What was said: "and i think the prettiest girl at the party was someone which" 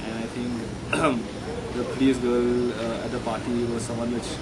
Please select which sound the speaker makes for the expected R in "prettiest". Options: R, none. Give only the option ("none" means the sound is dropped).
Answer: none